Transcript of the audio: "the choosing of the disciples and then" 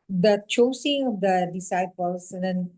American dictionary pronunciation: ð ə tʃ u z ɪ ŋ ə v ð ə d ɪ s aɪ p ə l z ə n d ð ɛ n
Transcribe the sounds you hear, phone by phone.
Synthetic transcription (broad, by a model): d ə tʃ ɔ s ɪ ŋ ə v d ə d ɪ s aɪ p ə l s ə n d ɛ n